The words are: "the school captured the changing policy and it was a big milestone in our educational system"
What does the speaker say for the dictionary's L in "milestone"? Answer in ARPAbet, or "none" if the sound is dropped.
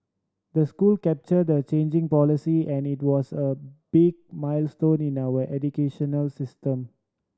L